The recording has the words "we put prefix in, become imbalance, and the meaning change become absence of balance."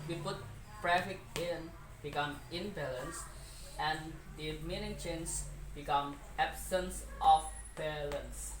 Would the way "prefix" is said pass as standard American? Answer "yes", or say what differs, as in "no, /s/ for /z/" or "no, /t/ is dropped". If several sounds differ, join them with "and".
no, /s/ is dropped